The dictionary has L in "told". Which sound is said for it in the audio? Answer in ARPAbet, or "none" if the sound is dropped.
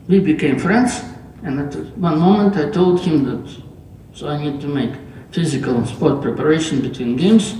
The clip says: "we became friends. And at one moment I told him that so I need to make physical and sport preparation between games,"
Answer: L